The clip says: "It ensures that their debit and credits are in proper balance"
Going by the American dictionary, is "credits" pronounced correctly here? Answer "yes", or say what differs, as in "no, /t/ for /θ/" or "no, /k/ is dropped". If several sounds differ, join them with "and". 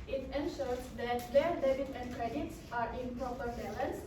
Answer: yes